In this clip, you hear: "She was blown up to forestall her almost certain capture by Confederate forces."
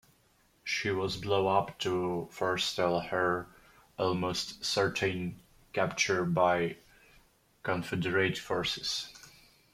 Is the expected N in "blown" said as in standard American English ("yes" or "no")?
no